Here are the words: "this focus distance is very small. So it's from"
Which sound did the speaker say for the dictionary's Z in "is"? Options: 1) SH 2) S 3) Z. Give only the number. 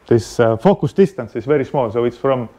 2